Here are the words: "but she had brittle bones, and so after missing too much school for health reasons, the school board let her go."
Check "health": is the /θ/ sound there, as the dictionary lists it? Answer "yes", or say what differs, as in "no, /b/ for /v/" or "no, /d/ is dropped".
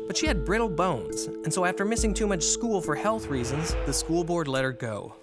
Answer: yes